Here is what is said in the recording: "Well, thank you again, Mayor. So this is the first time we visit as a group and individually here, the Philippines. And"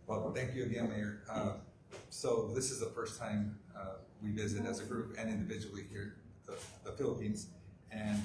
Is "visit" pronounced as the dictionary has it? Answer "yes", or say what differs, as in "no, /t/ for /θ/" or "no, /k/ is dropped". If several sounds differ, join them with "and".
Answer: yes